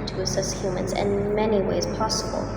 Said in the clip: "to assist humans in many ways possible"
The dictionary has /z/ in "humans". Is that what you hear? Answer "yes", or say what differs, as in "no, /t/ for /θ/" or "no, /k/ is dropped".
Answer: yes